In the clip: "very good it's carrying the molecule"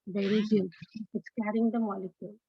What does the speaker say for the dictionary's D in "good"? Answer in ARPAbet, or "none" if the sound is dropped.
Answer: none